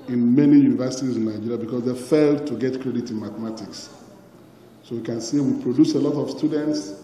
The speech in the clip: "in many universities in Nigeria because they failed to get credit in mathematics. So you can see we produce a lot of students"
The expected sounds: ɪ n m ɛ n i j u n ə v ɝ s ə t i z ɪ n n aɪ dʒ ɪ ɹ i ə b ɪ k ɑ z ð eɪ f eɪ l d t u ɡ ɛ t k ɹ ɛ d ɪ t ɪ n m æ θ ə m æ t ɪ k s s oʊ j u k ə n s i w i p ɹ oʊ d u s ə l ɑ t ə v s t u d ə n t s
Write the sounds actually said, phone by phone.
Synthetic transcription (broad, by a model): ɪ n m ɛ n i j u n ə v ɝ s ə t i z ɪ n n aɪ dʒ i ɹ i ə b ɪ k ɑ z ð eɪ f eɪ l d t u ɡ ɛ t k ɹ ɛ d ɪ t ɪ n m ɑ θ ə m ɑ t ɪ k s s oʊ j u k ə n s i w i p ɹ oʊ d u s ə l ɑ t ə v s t u d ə n t s